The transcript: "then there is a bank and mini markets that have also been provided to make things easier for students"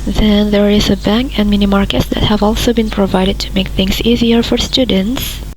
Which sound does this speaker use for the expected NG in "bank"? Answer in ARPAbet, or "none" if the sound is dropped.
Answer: NG